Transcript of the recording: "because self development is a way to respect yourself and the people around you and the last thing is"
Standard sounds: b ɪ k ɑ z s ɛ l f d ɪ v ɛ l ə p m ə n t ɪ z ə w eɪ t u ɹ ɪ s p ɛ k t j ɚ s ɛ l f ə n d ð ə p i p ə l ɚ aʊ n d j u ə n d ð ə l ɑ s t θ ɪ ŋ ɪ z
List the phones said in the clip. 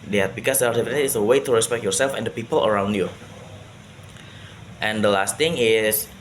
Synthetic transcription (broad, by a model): b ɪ k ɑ s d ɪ ɑ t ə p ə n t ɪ s ə w eɪ t u ɹ ɪ s p ɛ k t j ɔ s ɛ l f ə n d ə p i p ə l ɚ aʊ n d j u ə n d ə l ɑ s t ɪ ŋ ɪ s